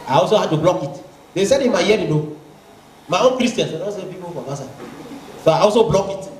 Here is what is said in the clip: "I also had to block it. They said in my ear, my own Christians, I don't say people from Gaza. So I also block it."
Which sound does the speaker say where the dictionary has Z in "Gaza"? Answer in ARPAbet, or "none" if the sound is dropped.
S